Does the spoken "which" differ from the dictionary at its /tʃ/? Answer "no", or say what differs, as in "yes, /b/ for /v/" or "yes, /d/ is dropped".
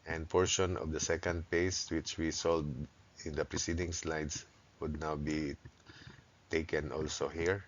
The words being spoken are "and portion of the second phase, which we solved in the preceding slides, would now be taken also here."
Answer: no